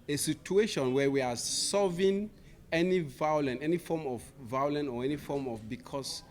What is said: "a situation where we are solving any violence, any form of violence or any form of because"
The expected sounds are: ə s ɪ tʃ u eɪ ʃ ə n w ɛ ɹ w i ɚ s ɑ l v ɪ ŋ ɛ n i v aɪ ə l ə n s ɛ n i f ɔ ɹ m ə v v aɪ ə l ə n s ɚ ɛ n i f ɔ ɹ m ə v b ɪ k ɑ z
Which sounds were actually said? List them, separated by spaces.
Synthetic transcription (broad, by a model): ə s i tʃ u eɪ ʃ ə n w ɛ w i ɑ s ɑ v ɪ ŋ ɛ n i v aɪ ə l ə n ɛ n i f ɔ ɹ m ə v v aɪ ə l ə n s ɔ ɛ n i f ɔ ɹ m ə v b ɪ k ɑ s